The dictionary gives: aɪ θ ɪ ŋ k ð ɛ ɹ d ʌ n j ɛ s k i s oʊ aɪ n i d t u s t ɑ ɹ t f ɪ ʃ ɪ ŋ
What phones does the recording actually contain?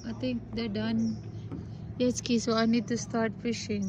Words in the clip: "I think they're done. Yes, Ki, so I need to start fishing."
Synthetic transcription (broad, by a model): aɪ t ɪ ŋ k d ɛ d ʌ n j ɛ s k i s oʊ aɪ n i d t u s t ɑ ɹ t f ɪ ʃ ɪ ŋ